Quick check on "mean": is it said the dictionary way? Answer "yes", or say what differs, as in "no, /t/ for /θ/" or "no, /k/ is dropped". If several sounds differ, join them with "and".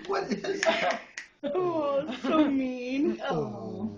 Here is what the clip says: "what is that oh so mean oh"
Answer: yes